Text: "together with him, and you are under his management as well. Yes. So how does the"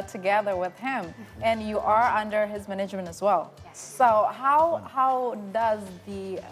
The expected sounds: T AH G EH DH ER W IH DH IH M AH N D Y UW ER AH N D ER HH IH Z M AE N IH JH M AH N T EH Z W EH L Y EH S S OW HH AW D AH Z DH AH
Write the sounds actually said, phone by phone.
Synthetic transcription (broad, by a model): T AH G EH DH ER W IH DH IH M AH N Y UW ER AH N D ER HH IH Z M AE N IH JH M AH N T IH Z W EH L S S OW HH AW D AH Z DH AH